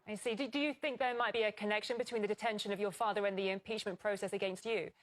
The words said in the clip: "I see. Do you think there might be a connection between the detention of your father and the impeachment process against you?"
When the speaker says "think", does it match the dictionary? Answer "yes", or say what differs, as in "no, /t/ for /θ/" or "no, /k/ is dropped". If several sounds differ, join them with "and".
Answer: yes